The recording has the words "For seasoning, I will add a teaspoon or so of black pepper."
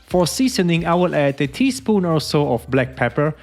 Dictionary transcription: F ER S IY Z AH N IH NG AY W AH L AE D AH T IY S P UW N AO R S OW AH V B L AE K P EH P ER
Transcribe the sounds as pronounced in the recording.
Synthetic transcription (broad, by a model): F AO S IY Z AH N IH NG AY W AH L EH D AH T IY S P UW N AO L S OW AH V B L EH K P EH P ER